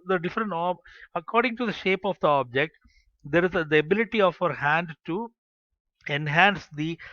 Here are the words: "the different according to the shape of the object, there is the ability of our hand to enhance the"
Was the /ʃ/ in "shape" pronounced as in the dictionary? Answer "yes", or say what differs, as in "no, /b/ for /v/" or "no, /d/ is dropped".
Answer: yes